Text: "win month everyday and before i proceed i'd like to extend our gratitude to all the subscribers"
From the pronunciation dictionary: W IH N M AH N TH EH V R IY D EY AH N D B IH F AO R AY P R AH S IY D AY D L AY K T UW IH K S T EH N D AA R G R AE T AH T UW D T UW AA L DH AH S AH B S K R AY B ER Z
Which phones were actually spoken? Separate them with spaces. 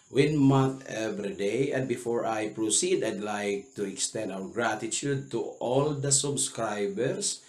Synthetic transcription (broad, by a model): W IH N M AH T EH V R IY D EY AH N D B IH F AO R AY P R AH S IY D AY D L AY K T UW IH K S T EH N D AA W G R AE T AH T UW D T UW AA L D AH S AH B S K R AY B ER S